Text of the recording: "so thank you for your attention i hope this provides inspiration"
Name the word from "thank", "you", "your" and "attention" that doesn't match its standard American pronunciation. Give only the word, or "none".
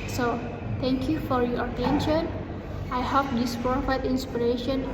thank